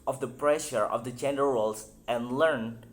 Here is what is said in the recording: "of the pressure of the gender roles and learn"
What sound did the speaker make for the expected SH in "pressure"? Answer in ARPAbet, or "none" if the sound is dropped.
SH